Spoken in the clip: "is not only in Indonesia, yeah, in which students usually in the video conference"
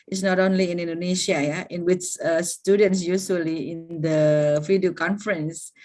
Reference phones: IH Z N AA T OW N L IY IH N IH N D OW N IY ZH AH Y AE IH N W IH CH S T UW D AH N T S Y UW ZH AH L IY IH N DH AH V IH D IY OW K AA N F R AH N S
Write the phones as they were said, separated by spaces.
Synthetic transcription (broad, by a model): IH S N AA T OW N L IY IH N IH N D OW N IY SH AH Y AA IH N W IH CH S T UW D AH N T S Y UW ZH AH L IY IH N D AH F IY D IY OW K AA N F R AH N S